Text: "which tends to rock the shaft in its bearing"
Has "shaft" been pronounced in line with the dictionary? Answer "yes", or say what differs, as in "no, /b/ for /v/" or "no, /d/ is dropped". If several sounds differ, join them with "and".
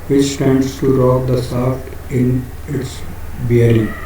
no, /s/ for /ʃ/